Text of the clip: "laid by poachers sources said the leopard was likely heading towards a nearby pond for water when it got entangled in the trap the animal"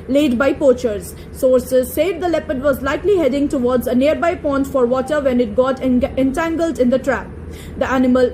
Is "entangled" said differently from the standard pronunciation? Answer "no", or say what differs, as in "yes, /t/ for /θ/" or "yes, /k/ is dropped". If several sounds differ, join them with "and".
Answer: no